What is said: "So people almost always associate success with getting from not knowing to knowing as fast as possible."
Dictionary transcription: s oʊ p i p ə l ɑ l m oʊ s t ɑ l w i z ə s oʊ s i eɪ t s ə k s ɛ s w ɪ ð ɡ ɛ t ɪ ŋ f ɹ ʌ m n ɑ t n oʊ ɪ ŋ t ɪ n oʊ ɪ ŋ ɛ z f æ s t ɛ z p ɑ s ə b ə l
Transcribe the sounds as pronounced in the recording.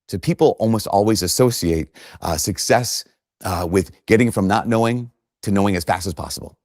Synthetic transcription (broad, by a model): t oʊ p i p l ɑ l m oʊ s t ɑ l w i z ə s oʊ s i eɪ t s ə k s ɛ s w ɪ ð ɡ ɛ t ɪ ŋ f ɹ ʌ m n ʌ t n oʊ ɪ ŋ t ɪ n oʊ ɪ ŋ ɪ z f æ s t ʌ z p ɑ s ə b l